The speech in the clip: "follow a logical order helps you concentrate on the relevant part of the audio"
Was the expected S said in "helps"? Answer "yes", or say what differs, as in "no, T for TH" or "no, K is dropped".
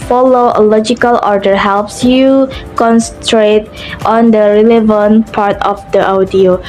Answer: yes